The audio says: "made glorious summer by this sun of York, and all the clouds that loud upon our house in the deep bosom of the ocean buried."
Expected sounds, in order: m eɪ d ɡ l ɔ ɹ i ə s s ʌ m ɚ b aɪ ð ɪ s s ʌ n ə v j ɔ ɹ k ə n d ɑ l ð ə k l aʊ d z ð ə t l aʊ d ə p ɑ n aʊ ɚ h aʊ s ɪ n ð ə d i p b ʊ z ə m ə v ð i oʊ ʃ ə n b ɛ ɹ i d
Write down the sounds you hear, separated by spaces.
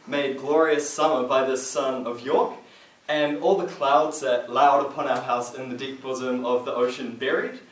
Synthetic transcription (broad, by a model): m eɪ d ɡ l ɔ ɹ i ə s s ʌ m ɚ b aɪ ð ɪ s s ʌ n ə v j ɔ ɹ k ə n ɑ l ð ə k l aʊ d z ð ə t l aʊ d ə p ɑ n aʊ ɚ h aʊ s ɪ n ð ə d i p b ʊ z ə m ə v ð i oʊ ʃ ə n b ɛ ɹ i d